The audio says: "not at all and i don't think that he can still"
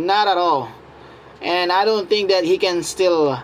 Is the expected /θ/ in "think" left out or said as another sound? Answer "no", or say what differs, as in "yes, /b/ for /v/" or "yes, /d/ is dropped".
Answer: yes, /t/ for /θ/